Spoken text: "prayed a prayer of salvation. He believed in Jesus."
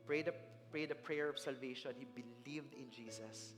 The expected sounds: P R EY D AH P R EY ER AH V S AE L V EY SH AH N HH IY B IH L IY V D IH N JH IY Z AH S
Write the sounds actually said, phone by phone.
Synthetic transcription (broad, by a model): P R EY D AH P R EY ER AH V S AE L V EY SH AH N HH IY B IH L IY V D IH N JH IY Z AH S